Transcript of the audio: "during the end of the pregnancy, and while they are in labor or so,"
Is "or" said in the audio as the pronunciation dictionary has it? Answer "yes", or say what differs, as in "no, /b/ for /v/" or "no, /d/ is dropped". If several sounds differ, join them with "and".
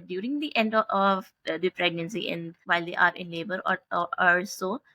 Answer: no, /l/ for /ɹ/